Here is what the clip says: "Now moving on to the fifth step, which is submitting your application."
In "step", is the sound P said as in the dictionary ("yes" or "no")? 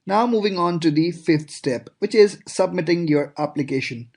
yes